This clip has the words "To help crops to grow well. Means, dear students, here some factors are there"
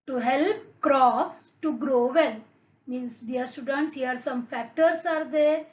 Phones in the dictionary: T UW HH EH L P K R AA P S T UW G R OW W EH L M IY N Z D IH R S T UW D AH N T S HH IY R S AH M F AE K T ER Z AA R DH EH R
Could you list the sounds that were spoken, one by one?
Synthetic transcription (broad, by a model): T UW HH EH L P K R AA P S T UW G R OW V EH L M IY N S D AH R S T UW D AH N T S HH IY R S AH M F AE K T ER S AA R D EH R